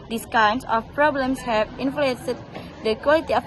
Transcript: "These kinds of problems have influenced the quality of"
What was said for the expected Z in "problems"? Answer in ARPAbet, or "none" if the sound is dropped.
S